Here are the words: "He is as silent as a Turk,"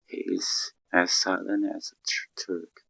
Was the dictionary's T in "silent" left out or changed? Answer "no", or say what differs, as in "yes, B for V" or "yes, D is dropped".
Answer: yes, T is dropped